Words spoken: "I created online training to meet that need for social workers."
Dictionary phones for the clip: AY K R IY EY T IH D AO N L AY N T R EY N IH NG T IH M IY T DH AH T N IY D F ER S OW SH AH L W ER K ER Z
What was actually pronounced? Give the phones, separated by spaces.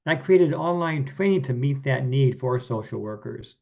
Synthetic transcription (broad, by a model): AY K R IY EY T IH D AO N L AY N T W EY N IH T IH M IY T DH AH T N IY D F ER S OW SH L W ER K ER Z